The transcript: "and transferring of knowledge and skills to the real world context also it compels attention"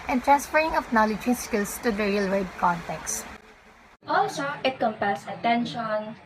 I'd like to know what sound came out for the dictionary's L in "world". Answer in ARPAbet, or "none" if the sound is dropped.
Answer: none